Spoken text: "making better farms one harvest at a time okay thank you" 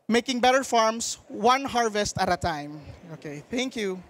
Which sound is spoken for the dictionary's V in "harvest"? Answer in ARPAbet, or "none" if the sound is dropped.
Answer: V